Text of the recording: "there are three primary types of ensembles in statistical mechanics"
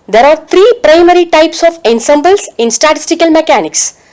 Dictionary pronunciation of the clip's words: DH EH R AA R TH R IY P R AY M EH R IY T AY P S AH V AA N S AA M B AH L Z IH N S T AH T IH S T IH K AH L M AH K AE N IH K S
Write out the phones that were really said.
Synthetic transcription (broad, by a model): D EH R AA R T R IY P R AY M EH R IY T AY P S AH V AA N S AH M B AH L S IH N S T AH T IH S T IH K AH L M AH K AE N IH K S